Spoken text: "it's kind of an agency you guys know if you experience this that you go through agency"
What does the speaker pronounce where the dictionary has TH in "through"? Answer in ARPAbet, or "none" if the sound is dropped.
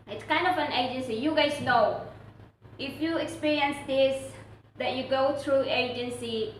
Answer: T